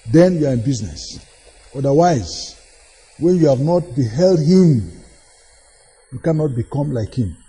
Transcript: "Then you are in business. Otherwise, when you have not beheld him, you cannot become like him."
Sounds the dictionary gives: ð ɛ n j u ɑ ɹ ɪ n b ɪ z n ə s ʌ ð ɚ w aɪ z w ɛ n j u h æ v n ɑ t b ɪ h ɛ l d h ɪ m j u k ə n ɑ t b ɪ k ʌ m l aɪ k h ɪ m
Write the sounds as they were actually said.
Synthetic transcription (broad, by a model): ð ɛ n j u ɑ ɹ ɪ n b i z n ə s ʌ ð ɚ w aɪ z w ɛ n j u h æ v n ɑ t b ɪ h ɛ l d h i m j u k ə n ɑ t b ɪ k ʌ m l aɪ k h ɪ m